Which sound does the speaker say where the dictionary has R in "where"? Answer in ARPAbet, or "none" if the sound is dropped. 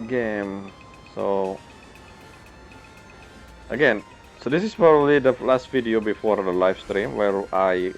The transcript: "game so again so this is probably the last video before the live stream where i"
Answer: R